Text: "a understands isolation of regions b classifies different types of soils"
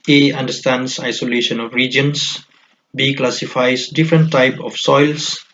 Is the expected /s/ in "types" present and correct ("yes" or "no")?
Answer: no